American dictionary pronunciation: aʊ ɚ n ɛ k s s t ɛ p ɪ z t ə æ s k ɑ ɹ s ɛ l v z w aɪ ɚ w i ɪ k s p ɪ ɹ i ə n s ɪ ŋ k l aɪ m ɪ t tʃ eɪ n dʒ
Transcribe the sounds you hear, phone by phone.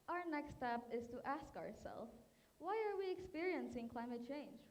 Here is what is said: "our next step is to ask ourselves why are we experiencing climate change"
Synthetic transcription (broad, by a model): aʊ ɚ n ɛ k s s t ɛ p ɪ z t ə æ s k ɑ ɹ s ɛ l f w aɪ ɚ w i ɪ k s p ɪ ɹ i ə n s ɪ ŋ k l aɪ m ɪ t tʃ eɪ n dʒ